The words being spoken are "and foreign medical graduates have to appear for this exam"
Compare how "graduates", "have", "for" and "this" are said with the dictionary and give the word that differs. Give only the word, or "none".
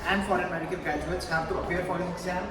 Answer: this